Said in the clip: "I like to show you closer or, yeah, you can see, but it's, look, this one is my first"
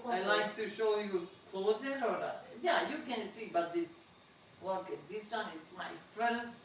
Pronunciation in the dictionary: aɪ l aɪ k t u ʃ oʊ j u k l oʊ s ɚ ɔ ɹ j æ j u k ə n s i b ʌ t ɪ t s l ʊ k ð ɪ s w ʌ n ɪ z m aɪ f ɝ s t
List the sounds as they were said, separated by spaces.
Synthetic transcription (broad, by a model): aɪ l aɪ k t u ʃ oʊ j u k l oʊ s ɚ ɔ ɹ j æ j u k ə n s i b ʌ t ɪ t s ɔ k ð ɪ s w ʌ n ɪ s m aɪ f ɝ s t